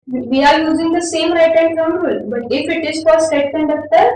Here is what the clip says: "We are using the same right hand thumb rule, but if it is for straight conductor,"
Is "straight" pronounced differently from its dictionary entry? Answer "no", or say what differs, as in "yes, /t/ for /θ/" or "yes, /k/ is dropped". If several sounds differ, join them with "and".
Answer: yes, /ɹ/ is dropped